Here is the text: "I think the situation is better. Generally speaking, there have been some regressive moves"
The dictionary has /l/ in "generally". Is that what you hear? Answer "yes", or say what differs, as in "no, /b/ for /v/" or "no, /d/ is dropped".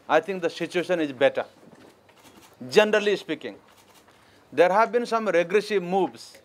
yes